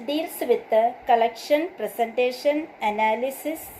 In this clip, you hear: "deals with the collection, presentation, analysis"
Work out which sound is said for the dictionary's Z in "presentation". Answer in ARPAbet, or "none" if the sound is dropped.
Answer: S